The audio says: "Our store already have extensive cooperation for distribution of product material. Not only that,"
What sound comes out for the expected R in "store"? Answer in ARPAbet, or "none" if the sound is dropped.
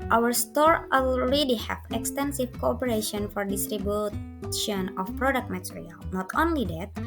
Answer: R